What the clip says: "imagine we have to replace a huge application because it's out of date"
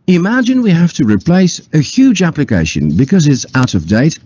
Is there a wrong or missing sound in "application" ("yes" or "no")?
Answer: no